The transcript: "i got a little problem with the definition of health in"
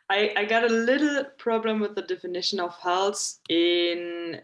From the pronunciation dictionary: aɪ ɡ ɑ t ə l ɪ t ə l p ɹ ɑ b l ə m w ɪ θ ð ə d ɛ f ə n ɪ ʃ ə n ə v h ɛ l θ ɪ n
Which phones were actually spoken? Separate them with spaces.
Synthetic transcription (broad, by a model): aɪ ɡ ɑ t ə l ɪ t l p ɹ ɑ b l ə m w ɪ ð ə d ɛ f ə n ɪ ʃ ə n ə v h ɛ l s ɪ n